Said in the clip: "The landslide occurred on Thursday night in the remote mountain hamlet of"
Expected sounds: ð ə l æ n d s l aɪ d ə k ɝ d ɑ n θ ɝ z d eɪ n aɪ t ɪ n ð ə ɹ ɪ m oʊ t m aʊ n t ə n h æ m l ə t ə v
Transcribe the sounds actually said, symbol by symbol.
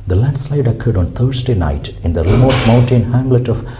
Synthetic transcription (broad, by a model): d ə l æ n d s l aɪ d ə k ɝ d ɑ n t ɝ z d eɪ n aɪ t ɪ n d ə ɹ ɪ m oʊ t m aʊ n t ə n h æ m l ə t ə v